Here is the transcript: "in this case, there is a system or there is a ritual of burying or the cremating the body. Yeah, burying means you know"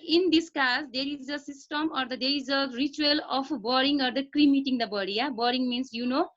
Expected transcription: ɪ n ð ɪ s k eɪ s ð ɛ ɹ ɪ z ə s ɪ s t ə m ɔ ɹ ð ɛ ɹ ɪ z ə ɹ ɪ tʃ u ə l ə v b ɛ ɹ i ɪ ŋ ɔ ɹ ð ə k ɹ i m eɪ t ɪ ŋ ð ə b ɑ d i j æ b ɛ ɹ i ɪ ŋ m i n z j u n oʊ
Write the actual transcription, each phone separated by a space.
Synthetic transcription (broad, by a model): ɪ n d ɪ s k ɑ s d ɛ ɹ ɪ z ə s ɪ s t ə m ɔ ɹ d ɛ ɹ ɪ z ə ɹ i tʃ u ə l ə p b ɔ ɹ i ŋ ɔ ɹ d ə k ɹ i m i t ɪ ŋ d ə b ɑ d i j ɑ b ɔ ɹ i ŋ m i n s j u n oʊ